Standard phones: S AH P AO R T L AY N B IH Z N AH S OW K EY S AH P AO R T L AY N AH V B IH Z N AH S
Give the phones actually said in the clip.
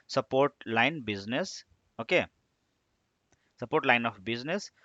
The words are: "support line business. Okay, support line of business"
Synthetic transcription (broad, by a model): S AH P AO R T L AY N B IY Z N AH S OW K EY S AH P AO R T L AY N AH P B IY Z N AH S